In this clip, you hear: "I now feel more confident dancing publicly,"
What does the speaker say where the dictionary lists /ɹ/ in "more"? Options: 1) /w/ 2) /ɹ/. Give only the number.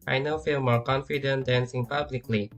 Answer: 2